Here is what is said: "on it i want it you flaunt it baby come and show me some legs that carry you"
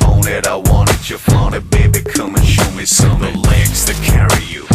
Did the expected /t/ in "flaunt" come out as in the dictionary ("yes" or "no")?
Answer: no